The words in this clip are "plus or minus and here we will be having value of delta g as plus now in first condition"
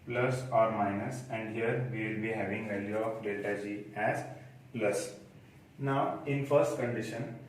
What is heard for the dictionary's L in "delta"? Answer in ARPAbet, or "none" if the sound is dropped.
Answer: none